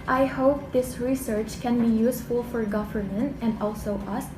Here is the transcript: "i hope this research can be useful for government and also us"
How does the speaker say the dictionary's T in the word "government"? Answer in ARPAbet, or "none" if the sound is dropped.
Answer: T